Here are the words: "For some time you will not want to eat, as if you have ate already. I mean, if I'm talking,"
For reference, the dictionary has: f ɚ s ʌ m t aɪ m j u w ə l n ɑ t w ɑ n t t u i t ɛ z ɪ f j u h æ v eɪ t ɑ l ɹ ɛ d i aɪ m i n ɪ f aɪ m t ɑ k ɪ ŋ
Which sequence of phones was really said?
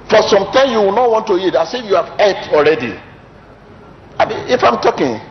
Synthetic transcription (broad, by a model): f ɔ s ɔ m t aɪ m j u w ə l n ɑ t w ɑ n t t u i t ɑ s ɪ f j u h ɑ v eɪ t ɑ l ɹ ɛ d i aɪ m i ɪ f aɪ m t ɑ k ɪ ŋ